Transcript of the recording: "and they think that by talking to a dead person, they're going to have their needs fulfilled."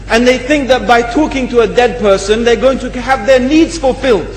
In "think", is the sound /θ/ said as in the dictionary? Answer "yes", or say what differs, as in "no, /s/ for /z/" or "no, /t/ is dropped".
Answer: yes